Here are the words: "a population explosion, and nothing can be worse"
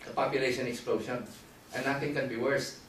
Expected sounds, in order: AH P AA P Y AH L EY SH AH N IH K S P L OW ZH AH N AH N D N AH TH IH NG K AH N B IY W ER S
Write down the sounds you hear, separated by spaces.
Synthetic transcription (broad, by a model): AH P AA P Y AH L EY SH AH N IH K S P L OW SH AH N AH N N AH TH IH NG K AH N B IY W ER S